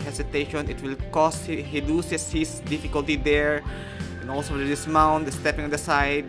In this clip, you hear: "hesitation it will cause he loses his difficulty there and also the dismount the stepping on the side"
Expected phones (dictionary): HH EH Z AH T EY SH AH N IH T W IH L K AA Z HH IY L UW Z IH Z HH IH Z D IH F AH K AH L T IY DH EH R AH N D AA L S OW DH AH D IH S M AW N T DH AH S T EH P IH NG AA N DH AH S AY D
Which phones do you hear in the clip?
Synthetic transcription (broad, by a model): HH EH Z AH T EY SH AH N IH T W IH L K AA S HH IY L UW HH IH S HH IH S D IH F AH K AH L T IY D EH R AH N AA L S OW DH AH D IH S M AW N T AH S T EH P IH NG AA N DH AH S AY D